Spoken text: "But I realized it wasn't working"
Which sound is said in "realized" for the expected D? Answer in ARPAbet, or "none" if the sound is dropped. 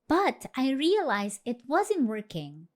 none